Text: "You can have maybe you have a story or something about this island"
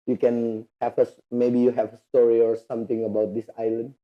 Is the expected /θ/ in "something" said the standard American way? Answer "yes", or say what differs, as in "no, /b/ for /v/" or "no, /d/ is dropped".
no, /t/ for /θ/